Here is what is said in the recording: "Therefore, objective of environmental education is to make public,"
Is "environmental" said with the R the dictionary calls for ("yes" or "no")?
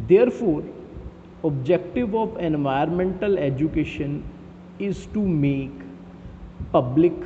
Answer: no